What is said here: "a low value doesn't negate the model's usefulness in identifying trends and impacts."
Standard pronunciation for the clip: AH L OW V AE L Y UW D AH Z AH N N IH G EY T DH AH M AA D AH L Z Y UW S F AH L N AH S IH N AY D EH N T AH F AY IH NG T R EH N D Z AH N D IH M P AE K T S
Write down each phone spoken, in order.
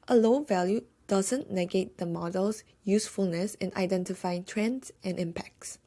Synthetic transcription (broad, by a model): AH L OW V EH L Y UW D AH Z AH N N IH G EY T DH AH M AA D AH L S Y UW S F AH L N AH S IH N AY D EH N T AH F AY IH NG T R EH N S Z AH N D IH M P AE K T S